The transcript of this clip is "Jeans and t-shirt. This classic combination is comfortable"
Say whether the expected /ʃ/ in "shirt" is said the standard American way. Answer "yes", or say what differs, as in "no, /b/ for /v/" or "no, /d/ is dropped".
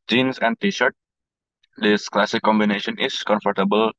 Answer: yes